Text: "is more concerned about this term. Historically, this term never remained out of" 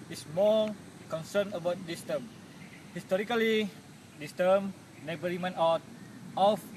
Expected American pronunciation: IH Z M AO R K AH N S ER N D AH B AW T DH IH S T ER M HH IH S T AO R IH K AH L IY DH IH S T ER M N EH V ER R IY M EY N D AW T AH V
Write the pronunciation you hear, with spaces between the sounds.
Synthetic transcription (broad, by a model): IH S M AO L K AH N S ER N AH B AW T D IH S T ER M HH IH S T AO R IH K AH L IY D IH S T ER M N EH B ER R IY M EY N AW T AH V